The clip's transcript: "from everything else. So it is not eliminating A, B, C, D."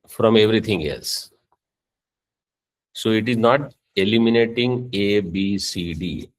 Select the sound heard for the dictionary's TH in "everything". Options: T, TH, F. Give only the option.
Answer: T